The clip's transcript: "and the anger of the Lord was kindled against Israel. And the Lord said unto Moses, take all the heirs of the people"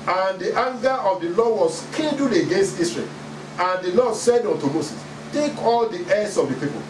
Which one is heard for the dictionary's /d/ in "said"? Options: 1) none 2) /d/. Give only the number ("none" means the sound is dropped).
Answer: 2